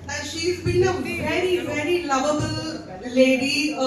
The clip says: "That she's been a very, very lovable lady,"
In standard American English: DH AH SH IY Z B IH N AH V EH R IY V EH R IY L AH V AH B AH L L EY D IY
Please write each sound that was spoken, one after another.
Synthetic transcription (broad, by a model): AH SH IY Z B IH L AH V EH R IY V EH R IY L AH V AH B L L EY D IY